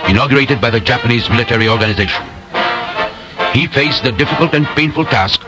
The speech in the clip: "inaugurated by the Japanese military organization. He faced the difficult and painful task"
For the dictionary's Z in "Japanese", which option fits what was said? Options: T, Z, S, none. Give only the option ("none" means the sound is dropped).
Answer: Z